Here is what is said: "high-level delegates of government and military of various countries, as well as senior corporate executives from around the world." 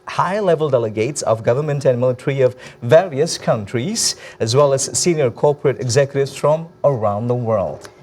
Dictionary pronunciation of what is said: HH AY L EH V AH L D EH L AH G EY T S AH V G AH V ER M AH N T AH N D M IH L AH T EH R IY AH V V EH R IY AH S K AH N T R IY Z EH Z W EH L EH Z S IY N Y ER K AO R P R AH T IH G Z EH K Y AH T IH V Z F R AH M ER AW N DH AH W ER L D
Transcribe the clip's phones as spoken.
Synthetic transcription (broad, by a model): HH AY L EH V AH L D EH L AH G EY T S AH V G AH V ER M AH N T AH N M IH L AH T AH R IY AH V V EH R IY AH S K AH N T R IY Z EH Z W EH L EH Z S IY N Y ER K AO R P R AH T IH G Z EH K Y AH T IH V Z F R AH M ER AW N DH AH W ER L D